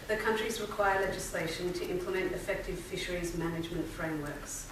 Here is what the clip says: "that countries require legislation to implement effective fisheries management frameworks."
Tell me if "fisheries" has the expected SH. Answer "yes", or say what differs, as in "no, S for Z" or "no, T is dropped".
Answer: yes